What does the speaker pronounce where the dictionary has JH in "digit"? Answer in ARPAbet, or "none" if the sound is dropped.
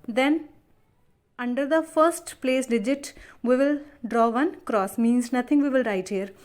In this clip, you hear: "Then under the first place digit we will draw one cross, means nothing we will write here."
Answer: JH